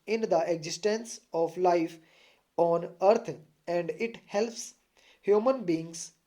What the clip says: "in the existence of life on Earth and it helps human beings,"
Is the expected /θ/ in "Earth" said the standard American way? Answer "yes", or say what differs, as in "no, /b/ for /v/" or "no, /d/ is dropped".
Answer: no, /t/ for /θ/